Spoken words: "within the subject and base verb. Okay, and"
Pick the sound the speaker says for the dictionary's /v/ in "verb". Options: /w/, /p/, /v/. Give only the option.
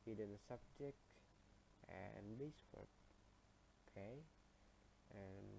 /w/